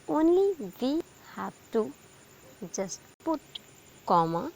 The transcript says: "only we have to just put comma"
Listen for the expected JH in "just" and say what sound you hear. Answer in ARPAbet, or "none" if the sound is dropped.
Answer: Z